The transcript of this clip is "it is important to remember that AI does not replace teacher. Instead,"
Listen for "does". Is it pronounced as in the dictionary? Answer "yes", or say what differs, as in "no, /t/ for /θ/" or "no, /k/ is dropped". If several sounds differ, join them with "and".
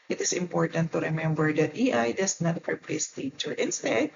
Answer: no, /s/ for /z/